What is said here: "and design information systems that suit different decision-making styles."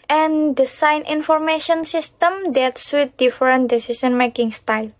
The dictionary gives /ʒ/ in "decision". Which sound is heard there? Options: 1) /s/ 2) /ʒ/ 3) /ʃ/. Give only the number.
1